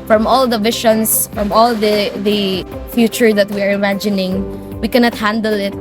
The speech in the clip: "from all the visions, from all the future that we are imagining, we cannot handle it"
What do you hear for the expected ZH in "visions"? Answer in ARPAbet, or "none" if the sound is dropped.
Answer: SH